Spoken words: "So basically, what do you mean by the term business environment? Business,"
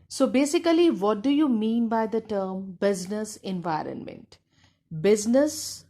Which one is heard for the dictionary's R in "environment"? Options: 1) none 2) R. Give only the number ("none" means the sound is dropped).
2